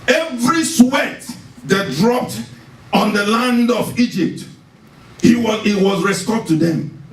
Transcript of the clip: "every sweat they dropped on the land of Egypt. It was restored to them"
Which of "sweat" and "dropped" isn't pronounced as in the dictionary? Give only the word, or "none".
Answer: none